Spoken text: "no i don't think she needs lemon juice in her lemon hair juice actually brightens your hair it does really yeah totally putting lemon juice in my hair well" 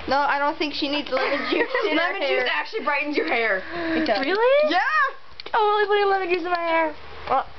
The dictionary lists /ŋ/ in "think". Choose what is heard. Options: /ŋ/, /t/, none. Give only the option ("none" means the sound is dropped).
/ŋ/